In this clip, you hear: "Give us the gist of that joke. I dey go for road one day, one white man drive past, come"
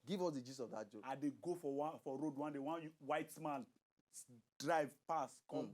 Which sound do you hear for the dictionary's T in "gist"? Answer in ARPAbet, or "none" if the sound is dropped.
none